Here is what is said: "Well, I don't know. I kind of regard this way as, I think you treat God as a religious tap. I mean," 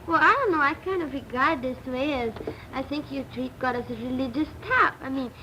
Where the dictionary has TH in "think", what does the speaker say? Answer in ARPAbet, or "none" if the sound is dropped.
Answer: TH